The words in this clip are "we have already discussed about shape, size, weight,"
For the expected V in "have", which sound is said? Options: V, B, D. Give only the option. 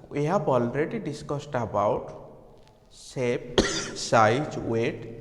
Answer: B